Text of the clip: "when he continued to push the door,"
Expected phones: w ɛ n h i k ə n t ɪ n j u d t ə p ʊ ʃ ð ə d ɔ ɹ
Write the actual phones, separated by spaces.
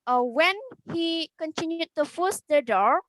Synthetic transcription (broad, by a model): w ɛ n h i k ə n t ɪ n j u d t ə f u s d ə d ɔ ɹ